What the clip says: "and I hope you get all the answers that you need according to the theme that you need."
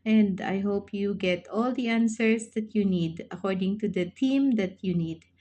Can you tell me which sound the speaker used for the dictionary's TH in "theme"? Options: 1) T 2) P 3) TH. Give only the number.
1